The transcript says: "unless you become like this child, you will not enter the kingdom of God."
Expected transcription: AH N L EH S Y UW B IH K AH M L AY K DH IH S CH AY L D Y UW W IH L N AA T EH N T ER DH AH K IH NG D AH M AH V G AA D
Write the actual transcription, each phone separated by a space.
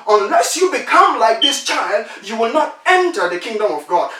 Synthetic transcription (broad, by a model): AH N L EH S Y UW B IH K AH M L AY K DH IH S CH AY L D Y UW W IH L N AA T EH N T ER DH AH K IH NG D AH M AH V G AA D